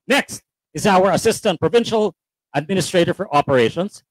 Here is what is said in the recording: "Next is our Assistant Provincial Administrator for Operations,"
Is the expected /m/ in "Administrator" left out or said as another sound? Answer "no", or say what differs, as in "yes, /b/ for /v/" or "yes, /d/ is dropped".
no